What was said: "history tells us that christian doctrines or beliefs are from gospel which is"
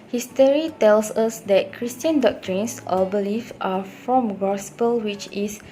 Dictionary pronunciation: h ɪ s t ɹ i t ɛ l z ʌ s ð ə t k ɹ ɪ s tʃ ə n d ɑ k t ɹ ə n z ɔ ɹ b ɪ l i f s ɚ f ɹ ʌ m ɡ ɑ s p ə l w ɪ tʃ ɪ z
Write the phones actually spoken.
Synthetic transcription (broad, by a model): h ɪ s t ɹ i t ɛ l s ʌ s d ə t k ɹ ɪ s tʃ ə n d ɑ k t ɹ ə n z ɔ l b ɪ l i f ɑ f ɹ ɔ m ɡ ɑ s p ə l w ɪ tʃ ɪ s